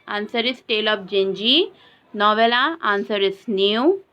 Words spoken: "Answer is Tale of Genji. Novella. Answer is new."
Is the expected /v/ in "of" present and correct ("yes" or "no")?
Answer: no